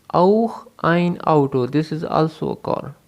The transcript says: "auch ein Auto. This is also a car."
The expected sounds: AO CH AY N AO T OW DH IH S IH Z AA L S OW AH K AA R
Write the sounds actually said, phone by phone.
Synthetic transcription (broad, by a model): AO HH AY N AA T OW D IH S IH Z AA L S OW AH K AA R